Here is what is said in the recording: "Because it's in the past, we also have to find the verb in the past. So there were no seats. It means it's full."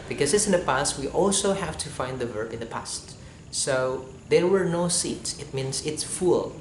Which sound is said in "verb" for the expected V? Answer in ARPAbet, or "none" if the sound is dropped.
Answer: V